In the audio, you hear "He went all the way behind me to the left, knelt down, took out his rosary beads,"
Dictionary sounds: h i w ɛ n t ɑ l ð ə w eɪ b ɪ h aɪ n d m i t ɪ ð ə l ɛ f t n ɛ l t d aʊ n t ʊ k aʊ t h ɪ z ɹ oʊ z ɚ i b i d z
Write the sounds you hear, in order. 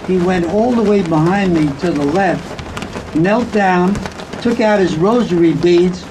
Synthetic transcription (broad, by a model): h i w ɛ n t ɑ l ð ə w eɪ b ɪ h aɪ n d m i t ɪ ð ə l ɛ f t n ɛ l t d aʊ n t ʊ k aʊ t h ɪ z ɹ oʊ z ɚ i b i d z